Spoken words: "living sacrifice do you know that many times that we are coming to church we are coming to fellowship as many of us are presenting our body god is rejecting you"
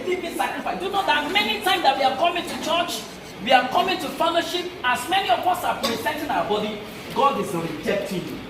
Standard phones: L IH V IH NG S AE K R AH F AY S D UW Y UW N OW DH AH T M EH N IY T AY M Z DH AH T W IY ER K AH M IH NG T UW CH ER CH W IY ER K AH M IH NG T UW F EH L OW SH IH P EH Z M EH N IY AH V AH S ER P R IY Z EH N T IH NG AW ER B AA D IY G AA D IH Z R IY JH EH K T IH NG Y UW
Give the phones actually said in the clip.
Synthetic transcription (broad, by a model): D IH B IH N S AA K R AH F AY D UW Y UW N OW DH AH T M EH N IY T AY M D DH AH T W IY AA K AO M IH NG T UW CH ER CH W IY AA K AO M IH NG T UW F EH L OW SH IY P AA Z M EH N IY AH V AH S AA P R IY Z EH N T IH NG AW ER B AA D IY G AA D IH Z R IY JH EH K T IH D